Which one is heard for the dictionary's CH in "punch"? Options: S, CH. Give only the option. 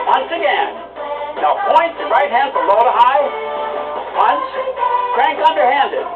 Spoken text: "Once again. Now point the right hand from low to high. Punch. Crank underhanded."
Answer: S